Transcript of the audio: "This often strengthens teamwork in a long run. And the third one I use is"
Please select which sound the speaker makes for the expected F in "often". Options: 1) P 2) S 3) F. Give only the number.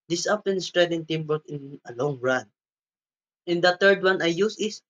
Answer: 1